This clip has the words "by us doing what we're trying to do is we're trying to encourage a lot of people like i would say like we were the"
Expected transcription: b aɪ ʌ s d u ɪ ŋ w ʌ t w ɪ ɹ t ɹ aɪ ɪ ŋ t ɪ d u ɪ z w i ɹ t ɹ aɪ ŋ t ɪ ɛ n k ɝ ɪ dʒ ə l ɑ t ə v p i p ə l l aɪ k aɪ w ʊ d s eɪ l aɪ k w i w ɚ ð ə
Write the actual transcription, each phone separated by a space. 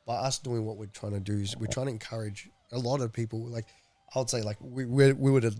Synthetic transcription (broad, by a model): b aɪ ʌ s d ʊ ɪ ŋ w ʌ t w ɪ ɹ t ɹ aɪ ɪ ŋ t ɪ d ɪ ɪ z w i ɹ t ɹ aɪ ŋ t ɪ n k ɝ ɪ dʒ ə l ɑ t ə v p i p l l aɪ k aɪ w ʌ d s eɪ l aɪ k w i w ɚ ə